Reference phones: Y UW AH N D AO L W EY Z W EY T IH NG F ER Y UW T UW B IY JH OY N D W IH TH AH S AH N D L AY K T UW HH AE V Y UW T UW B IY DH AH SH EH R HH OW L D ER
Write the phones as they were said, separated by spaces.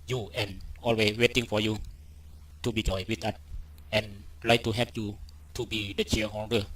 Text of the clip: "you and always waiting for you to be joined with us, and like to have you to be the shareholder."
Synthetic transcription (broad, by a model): Y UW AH N AO L W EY W EY T IH NG F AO Y UW T UW B IY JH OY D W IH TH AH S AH N L AY K T UW HH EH P Y UW T UW B IY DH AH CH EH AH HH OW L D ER